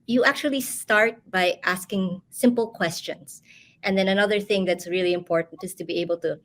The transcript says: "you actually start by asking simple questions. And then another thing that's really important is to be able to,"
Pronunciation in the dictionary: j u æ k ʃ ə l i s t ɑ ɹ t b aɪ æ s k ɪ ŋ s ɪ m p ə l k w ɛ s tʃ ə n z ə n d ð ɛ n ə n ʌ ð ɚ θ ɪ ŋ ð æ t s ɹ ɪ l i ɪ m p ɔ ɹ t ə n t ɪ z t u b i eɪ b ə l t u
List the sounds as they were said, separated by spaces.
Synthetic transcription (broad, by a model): j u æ k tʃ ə l i s t ɑ ɹ t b aɪ æ s k ɪ ŋ s ɪ m p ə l k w ɛ s tʃ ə n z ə n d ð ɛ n ə n ʌ ð ɚ θ ɪ ŋ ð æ t s ɹ ɪ l i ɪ m p ɔ ɹ t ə n t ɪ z t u b i eɪ b ə l t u